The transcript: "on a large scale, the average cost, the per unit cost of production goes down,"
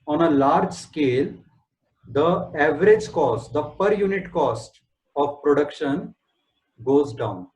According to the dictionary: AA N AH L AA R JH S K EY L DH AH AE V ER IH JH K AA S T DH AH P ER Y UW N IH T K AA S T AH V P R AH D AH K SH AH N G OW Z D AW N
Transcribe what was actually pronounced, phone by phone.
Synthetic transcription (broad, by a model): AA N AH L AA R JH S K EY L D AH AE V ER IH JH K AA S T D AH P ER Y UW N IH T K AA S T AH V P R AH D AH K SH AH N G OW Z D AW N